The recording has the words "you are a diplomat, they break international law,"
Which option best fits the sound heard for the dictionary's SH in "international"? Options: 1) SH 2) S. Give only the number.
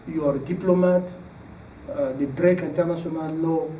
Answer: 2